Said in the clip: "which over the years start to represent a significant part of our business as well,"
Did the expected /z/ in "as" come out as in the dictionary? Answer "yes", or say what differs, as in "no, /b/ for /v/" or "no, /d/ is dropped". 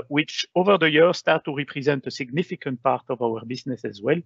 yes